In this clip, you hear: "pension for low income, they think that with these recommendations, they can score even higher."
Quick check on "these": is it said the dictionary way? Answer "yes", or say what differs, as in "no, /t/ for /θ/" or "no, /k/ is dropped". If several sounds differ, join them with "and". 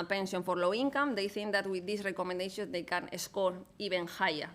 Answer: no, /s/ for /z/